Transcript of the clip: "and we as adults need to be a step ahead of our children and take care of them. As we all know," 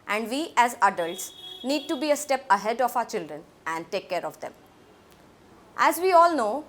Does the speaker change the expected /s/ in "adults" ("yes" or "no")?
no